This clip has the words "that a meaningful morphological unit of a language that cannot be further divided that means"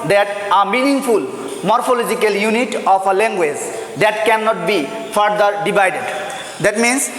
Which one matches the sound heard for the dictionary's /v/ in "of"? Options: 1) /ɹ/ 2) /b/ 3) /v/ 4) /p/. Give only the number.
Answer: 4